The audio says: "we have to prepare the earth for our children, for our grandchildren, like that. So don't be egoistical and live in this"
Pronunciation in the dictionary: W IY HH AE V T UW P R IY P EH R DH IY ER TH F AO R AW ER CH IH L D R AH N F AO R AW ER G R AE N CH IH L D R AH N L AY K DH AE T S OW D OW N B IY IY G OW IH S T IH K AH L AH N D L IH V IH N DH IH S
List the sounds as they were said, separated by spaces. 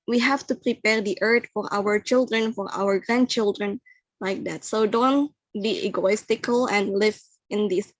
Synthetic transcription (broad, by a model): W IY HH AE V T UW P R IY P EH R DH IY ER T F AO R AW ER CH IH L D R AH N F AO R AW ER G R AE N CH IH L D R AH N L AY K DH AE T S OW D OW N B IY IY G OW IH S T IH K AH L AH N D L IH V IH N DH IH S